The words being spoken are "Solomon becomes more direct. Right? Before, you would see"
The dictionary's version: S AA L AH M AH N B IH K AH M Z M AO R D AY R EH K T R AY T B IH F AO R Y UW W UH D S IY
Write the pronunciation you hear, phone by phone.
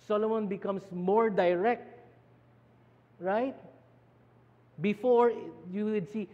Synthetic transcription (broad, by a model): S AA L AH M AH N B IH K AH M S M AO R D AY R EH K T R AY T B IH F AO R Y UW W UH D S IY